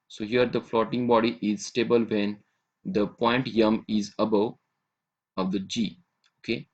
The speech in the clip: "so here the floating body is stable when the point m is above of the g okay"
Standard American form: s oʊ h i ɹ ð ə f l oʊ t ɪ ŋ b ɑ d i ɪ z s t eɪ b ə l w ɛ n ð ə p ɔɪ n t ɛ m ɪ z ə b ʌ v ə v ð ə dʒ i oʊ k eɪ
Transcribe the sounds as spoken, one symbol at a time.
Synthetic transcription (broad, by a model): s oʊ h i ɹ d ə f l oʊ t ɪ ŋ b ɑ d i ɪ z s t eɪ b ə l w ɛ n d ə p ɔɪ n t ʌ m ɪ z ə b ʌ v ə v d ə dʒ i oʊ k eɪ